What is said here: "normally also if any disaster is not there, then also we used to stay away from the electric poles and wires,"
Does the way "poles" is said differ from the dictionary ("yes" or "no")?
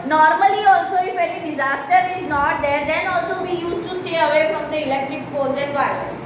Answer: yes